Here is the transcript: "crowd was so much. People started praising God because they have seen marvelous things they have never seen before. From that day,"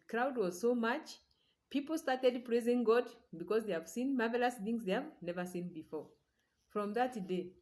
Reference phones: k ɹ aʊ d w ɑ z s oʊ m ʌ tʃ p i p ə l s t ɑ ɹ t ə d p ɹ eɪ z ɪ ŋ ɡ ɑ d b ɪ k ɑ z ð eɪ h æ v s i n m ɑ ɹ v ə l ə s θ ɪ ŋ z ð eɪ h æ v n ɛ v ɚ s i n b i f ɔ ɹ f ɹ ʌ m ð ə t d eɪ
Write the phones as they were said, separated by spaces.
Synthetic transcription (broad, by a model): k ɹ aʊ d w ɑ z s oʊ m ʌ tʃ p i p l s t ɑ ɹ t ə d p ɹ eɪ z ɪ ŋ ɡ ɑ d b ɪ k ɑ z ð eɪ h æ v s i n m ɑ ɹ v ə l ə s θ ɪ ŋ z ð eɪ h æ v n ɛ v ɚ s i n b i f ɔ ɹ f ɹ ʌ m ð ə t d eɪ